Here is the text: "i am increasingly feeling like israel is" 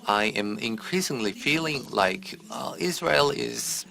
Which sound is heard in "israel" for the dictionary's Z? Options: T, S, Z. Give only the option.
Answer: Z